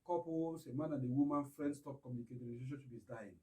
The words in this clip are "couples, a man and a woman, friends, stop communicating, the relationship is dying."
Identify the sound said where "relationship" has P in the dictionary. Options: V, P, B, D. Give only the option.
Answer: B